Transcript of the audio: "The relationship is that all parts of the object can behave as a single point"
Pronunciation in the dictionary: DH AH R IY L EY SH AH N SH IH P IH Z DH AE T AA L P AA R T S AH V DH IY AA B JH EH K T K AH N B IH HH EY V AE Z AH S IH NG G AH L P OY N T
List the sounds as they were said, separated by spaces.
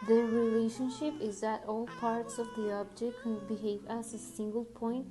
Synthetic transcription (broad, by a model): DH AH R IY L EY SH AH N SH IH P IH Z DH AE T AA L P AA R T S AH V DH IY AA B JH EH K T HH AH B IH HH EY V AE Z AH S IH NG G AH L P OY N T